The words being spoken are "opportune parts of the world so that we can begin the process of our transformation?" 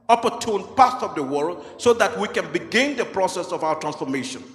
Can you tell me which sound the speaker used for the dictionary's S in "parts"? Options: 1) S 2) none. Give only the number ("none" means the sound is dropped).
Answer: 2